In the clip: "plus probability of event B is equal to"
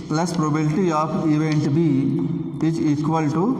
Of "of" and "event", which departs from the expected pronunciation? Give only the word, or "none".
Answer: of